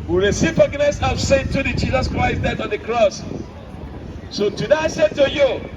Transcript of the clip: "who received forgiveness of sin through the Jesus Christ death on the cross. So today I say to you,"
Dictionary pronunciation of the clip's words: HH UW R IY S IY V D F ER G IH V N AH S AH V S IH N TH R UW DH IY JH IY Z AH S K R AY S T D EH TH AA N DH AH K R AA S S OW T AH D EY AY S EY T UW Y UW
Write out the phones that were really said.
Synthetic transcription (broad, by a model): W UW R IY S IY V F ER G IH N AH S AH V S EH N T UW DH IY JH IY Z AH S K R AY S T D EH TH AA N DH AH K R AA S S OW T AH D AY S EY T UW Y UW